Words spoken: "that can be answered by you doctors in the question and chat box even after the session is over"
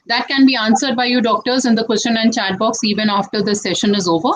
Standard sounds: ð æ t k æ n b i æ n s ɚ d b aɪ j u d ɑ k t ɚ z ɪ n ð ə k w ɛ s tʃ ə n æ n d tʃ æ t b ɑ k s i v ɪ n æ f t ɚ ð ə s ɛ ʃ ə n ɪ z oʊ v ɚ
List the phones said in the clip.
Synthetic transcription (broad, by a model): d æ t k æ n b i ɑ n s ɚ d b aɪ j u d ɑ k t ɚ z ɪ n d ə k w ɛ s tʃ ə n æ n d tʃ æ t b ɑ k s i v ɪ n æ f t ɚ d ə s ɛ ʃ ə n ɪ z oʊ v ɚ